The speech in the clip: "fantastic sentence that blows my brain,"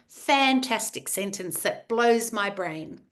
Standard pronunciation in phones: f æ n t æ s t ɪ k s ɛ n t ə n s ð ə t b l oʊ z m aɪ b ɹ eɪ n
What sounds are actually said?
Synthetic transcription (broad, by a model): f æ n t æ s t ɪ k s ɛ n t ə n s ð ə t b l oʊ z m aɪ b ɹ eɪ n